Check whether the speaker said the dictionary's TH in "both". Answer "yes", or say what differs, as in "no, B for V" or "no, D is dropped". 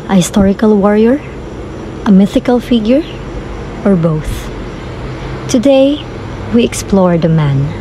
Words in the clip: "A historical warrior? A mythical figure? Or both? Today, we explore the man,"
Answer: yes